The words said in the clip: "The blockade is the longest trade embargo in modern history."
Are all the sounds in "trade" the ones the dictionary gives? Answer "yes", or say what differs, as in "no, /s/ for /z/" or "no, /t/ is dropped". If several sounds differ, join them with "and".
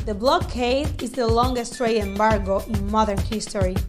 no, /d/ is dropped